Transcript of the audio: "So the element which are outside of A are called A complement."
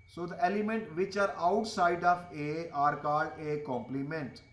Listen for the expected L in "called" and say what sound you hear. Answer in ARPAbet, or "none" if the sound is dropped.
none